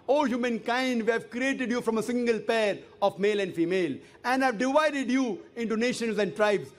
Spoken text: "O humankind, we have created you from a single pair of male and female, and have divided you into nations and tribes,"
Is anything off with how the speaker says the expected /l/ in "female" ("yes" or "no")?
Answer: no